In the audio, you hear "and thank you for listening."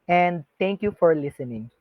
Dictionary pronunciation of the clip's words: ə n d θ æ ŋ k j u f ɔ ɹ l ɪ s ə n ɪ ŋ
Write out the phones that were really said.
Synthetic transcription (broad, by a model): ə n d t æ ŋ k j u f ɔ ɹ l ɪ s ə n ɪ ŋ